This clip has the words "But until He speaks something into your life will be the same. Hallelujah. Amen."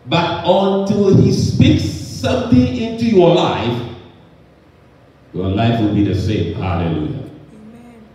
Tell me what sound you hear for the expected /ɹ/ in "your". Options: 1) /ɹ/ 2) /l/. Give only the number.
2